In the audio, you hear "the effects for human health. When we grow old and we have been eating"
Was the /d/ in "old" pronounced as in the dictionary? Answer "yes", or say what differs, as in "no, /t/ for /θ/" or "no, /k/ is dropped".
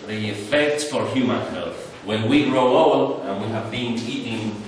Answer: no, /d/ is dropped